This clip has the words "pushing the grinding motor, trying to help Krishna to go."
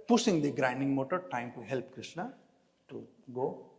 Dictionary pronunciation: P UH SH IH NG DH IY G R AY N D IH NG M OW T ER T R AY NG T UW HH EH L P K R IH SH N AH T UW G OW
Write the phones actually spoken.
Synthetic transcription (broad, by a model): P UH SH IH NG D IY G R AY N D IH NG M OW T ER T AY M T UW HH EH L P K R IH SH N AH T UW G OW